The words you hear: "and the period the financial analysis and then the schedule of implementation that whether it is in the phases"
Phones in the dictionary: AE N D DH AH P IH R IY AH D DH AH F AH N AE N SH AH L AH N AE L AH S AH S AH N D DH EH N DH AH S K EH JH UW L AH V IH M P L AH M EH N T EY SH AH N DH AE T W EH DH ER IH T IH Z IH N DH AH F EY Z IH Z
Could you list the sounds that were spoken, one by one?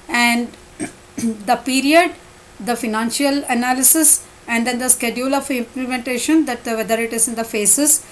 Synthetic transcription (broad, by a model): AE N D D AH P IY R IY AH D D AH F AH N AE N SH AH L AH N AE L AH S AH S AH N D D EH N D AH S K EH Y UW L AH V IH M P L AH M EH N T EY SH AH N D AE T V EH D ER IH T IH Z IH N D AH F EY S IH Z